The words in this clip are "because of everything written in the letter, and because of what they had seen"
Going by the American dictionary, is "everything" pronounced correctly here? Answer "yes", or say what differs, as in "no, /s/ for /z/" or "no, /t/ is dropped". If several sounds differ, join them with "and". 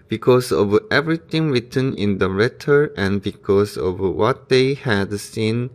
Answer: no, /t/ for /θ/